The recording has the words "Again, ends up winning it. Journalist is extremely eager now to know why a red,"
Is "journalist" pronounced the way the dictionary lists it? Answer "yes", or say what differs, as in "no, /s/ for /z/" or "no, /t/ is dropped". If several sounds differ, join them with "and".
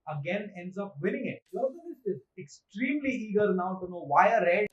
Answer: no, /n/ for /l/